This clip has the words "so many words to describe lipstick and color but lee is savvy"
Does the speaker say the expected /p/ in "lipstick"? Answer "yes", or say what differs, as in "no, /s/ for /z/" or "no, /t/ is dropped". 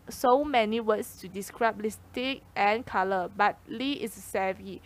no, /p/ is dropped